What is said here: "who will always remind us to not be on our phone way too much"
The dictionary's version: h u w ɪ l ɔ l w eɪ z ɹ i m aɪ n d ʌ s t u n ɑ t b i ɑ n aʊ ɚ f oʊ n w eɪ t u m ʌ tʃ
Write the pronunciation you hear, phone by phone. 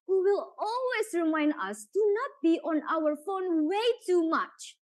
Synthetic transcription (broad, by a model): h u w ɪ l ɔ l w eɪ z ɹ i m aɪ n d ʌ s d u n ɑ t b i ɑ n aʊ ɚ f oʊ n w eɪ t u m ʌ tʃ